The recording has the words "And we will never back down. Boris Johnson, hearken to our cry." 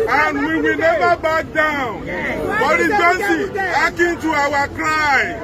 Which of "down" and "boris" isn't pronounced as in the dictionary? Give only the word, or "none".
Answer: boris